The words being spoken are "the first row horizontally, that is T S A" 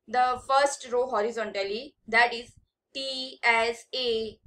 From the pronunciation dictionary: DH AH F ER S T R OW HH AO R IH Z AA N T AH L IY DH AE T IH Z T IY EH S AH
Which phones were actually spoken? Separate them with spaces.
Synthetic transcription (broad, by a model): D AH F ER S T R OW HH AO R IH Z AA N T AH L IY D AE T IH Z T IY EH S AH